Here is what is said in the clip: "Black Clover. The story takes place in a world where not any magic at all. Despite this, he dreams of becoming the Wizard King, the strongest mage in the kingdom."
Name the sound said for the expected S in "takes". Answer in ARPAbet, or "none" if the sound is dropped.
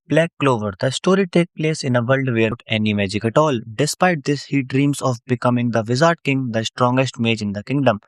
none